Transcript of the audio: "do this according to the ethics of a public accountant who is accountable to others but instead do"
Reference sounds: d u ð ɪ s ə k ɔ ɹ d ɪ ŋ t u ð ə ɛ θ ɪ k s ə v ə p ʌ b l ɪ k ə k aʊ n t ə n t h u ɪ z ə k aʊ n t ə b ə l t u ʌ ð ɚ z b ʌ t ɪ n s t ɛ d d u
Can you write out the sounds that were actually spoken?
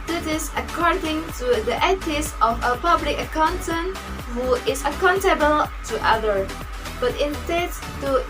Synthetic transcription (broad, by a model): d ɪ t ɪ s ə k ɔ ɹ d ɪ ŋ t u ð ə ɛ t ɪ s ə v ə p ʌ b l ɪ k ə k aʊ n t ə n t h u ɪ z ə k aʊ n t ə b ə l t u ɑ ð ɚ b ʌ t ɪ n s t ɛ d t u